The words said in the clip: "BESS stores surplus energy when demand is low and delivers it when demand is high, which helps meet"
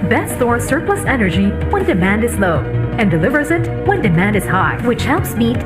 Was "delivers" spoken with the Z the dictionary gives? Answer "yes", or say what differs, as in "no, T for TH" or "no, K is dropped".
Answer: yes